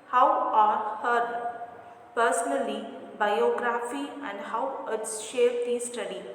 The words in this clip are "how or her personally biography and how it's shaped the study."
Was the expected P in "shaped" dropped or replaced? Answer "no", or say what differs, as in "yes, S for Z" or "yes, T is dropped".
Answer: yes, P is dropped